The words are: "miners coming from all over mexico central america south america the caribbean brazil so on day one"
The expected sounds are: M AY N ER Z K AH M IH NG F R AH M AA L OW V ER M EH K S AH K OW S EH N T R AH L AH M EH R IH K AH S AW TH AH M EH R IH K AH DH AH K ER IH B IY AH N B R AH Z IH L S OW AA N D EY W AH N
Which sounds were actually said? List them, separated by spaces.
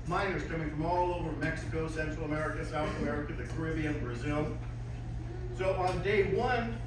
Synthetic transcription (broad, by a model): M AY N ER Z K AH M IH NG F R AH M AA L OW V ER M EH K S AH K OW S EH N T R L AH M EH R IH K AH S AW TH AH M EH R IH K AH DH AH K ER IH B IY AH N B R AH Z IH L S OW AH N D EY W AH N